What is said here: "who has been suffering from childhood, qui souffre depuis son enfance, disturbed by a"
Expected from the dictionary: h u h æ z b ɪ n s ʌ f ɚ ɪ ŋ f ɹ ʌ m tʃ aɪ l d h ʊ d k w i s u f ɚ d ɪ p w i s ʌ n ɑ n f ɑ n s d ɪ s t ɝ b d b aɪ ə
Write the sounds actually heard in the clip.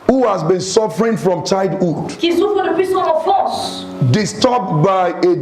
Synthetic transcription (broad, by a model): h u h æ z b ɪ n s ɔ f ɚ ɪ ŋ f ɹ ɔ m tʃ aɪ d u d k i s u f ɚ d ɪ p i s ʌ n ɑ f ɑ s d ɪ s t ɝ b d b aɪ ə